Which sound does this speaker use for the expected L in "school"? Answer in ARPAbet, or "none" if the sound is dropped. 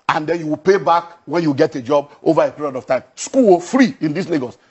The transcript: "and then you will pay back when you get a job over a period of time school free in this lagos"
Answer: W